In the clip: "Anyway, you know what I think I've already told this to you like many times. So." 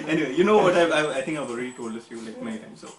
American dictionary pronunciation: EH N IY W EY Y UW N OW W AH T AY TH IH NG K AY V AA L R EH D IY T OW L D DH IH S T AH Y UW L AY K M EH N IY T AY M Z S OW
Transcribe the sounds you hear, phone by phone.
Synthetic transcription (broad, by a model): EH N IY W EY Y UW N OW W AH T AY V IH NG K AY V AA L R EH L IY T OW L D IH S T Y UW L AY K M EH IY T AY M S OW